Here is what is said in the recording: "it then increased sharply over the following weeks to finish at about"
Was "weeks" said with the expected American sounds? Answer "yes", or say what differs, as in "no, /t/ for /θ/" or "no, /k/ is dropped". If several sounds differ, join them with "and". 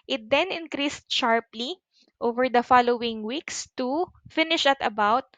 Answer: yes